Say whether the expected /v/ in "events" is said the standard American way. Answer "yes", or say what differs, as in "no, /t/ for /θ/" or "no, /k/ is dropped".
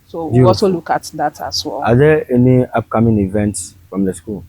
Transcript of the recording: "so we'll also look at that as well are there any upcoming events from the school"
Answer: yes